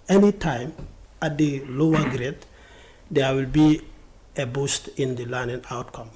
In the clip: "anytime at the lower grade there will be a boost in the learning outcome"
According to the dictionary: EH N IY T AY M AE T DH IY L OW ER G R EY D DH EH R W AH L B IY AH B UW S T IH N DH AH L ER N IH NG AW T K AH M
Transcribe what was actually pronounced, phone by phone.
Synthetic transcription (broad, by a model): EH N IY T AY M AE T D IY L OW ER G R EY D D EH W AH L B IY AH B UW S T IH N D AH L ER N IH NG AW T K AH M